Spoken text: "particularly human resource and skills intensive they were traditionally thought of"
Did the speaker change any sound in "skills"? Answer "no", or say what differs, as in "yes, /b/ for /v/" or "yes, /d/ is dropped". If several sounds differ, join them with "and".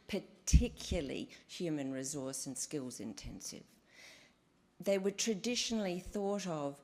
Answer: no